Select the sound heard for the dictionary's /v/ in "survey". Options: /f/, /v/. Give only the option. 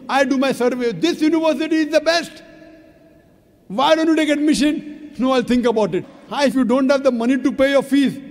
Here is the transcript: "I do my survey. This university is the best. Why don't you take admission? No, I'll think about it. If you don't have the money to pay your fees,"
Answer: /v/